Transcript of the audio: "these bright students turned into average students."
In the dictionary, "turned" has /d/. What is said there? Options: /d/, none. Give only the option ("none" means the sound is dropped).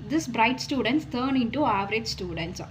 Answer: none